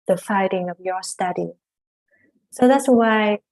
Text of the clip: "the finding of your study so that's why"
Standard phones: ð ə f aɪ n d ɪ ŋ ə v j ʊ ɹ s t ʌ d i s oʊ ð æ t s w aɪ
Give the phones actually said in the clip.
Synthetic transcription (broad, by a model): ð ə f aɪ d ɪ ŋ ə v j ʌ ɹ s t ʌ d i s oʊ ð æ t s w aɪ